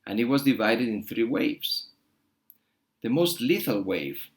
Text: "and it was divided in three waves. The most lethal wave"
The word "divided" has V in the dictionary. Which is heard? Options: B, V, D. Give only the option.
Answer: V